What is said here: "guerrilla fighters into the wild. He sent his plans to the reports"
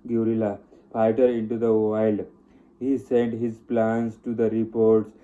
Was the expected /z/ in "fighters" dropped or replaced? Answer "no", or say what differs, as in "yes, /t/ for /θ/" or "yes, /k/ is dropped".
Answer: yes, /z/ is dropped